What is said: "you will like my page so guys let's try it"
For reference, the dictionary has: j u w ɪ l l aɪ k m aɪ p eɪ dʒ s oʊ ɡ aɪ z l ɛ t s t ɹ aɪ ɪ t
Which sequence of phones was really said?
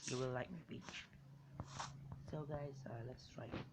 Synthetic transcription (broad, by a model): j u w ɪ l l aɪ k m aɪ b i tʃ s oʊ ɡ aɪ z l ɛ t s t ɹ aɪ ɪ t